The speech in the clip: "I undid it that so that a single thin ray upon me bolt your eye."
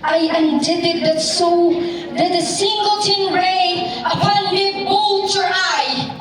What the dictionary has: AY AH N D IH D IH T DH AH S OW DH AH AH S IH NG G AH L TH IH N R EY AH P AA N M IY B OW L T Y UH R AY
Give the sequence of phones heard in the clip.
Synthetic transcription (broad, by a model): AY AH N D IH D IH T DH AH S OW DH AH AH S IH NG G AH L T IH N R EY AH P AA N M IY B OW L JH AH R AY